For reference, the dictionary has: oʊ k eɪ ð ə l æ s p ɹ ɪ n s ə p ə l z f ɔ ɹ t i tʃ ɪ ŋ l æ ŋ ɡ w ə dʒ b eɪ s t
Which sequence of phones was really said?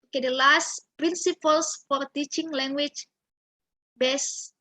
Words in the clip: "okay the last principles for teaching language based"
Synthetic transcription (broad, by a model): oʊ k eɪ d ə l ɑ s p ɹ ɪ n s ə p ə l s f ɔ ɹ t i tʃ ɪ ŋ l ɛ ŋ ɡ w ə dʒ b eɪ s